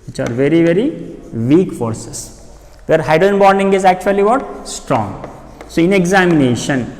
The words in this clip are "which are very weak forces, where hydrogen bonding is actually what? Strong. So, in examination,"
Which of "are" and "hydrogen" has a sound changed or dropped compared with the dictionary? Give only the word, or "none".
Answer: hydrogen